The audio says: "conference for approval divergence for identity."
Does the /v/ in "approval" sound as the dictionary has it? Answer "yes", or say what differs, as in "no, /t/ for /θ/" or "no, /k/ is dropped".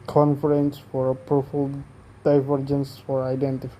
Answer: no, /f/ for /v/